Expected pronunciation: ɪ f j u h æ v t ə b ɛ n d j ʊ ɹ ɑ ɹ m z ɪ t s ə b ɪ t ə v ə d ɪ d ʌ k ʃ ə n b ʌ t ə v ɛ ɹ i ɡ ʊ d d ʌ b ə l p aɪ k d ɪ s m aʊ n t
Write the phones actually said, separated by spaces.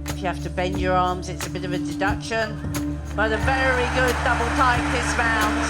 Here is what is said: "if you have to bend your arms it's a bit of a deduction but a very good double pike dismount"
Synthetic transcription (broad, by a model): ɪ f j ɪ h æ f t ə b ɛ n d j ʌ ɹ ɑ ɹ m z ɪ t s ə b ɪ t ə v ə d ɪ d ʌ k ʃ ə n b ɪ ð ə v ɛ ɹ i ɡ ʊ d d ʌ b ə l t aɪ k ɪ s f aʊ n